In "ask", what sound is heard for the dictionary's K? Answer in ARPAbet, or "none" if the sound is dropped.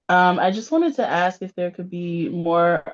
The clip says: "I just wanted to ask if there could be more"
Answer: K